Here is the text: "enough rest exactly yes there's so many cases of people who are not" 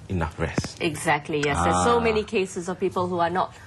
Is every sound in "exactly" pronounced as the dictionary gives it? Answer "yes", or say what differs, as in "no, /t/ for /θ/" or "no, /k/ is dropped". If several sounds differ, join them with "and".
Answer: yes